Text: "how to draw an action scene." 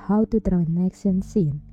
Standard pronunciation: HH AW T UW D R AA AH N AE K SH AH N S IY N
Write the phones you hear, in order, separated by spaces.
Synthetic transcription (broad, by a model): HH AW T UW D R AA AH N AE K S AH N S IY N